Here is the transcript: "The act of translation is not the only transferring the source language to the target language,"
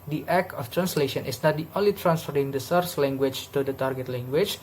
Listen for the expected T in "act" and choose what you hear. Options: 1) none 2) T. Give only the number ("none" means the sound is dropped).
1